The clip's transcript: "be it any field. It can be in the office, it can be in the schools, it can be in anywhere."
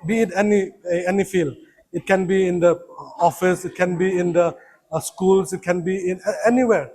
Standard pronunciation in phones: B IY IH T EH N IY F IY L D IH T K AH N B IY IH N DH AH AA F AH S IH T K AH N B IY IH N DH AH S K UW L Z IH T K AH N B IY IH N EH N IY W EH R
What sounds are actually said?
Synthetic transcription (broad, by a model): B IY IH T EH N IY F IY L IH T K AH N B IY IH N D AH AA F AH S IH T K AH N B IY IH N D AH S K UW L S IH T K AH N B IY IH N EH N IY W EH R